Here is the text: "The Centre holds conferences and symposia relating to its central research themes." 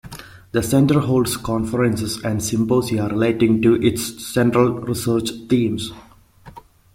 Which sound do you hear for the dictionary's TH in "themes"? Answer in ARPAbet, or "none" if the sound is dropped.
T